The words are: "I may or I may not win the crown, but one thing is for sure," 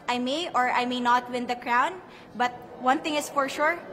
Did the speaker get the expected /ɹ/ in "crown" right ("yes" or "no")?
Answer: yes